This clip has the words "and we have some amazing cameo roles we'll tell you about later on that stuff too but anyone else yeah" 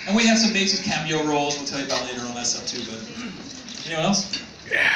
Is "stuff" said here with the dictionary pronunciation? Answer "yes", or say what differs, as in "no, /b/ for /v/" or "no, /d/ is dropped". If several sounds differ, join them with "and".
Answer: no, /p/ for /f/